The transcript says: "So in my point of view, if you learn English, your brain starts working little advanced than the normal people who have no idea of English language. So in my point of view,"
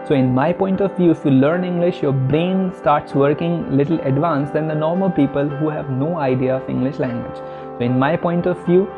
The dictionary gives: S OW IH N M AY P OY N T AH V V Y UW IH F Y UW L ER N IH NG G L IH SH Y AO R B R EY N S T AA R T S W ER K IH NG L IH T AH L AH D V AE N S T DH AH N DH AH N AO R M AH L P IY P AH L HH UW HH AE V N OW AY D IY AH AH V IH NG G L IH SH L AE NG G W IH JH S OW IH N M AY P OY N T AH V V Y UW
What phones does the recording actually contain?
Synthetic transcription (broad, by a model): S OW IH N M AY P OY N T AH V V Y UW IH F Y UW L ER N IH NG G L IH SH Y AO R B R EY N S T AA R T S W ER K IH NG L IH T AH L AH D V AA N S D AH N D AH N AO R M AH L P IY P AH L HH UW HH AE V N OW AY D IY AH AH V IH NG G L IH SH L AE NG G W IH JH S OW IH N M AY P OY N T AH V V Y UW